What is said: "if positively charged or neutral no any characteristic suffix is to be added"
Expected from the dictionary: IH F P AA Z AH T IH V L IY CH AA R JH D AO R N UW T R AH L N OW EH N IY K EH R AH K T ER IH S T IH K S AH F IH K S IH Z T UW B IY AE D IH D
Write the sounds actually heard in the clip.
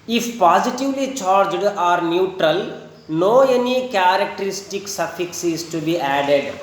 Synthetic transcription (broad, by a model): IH F P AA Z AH T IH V L IY CH AA R JH D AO R N UW T R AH L N OW EH N IY K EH R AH K T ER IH S T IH K S AH F IH K S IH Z T UW B IY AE D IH D